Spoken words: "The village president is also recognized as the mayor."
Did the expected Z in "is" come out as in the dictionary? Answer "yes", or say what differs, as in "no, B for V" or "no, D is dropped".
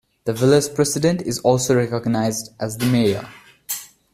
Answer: yes